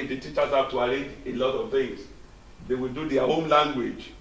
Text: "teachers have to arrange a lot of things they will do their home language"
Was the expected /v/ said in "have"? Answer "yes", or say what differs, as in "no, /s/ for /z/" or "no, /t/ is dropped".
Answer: no, /p/ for /v/